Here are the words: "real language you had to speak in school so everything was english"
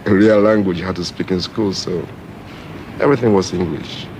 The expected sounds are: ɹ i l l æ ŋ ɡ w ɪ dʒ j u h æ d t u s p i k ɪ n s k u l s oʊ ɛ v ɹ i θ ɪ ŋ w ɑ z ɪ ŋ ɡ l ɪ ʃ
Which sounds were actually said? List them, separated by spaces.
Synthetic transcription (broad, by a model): ɹ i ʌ l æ ŋ ɡ w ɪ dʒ h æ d t u s p i k ɪ n s k u l s oʊ ɛ v ɹ i θ ɪ ŋ w ɑ z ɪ ŋ ɡ l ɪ ʃ